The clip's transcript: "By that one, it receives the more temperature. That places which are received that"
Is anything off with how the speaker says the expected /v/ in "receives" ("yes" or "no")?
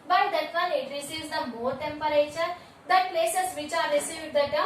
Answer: yes